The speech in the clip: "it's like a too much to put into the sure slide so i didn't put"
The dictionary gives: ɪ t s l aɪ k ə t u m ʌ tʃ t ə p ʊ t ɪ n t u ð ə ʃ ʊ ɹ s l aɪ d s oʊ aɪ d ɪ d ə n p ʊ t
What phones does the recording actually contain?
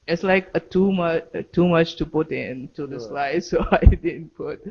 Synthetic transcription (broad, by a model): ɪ t s l aɪ k ə t u m ʌ tʃ t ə p ʊ t ɪ n t u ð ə s l aɪ d s oʊ aɪ d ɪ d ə n p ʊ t